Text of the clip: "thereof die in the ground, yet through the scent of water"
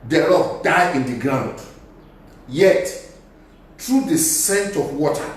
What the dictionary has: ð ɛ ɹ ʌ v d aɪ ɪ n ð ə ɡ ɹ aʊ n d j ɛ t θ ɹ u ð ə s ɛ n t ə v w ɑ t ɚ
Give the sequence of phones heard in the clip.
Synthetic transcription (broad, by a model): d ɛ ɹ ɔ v d aɪ ɪ n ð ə ɡ ɹ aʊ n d j ɛ t t ɹ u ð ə s ɛ n t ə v w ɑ t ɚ